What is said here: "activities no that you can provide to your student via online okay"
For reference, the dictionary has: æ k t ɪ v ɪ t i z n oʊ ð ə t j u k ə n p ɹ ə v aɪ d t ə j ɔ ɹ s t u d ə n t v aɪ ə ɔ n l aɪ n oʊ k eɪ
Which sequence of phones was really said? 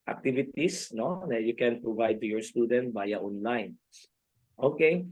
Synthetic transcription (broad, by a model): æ k t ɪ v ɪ t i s n oʊ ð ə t j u k ə n p ɹ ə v aɪ d t ə j ɔ ɹ s t u d ə n t b aɪ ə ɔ n l aɪ n oʊ k eɪ